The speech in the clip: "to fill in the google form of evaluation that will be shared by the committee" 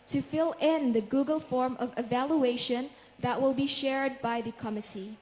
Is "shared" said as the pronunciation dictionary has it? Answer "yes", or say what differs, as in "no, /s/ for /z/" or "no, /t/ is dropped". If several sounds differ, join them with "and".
yes